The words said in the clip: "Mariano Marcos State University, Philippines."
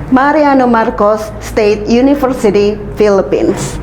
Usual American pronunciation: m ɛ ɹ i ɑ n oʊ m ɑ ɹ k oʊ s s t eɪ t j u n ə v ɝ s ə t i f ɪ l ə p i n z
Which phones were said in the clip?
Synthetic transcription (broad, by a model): m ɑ ɹ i ɑ n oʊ m ɑ ɹ k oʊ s s t eɪ t j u n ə f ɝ s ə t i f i l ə p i n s